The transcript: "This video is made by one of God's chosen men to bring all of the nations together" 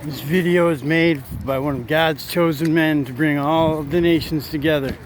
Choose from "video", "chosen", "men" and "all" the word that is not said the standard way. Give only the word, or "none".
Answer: none